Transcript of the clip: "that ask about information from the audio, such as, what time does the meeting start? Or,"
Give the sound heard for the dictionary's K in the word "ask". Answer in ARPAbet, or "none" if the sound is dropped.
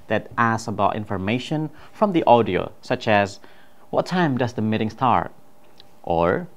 none